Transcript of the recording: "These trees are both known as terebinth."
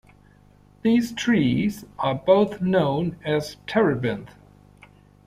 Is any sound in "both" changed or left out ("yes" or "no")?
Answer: no